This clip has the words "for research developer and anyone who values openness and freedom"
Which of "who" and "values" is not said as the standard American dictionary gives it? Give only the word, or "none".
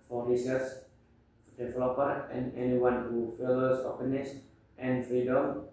values